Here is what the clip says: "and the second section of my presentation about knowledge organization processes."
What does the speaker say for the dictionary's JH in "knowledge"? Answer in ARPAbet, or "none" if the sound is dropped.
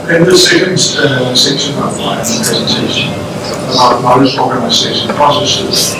Z